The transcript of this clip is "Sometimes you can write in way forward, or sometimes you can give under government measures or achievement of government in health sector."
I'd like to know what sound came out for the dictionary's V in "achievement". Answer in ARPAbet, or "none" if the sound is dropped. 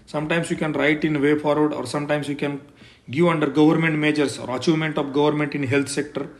none